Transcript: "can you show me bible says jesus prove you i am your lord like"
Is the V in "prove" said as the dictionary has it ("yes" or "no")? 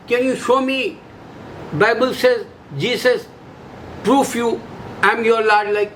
no